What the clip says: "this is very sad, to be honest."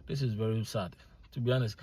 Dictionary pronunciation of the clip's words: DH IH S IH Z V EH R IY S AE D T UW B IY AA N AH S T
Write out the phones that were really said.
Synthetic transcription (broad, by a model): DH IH S IH Z V EH R IY S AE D T UW B IY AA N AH S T